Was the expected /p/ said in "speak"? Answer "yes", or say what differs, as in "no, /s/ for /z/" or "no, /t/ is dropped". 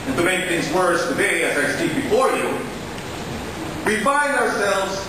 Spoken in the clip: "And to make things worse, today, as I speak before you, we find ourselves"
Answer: no, /p/ is dropped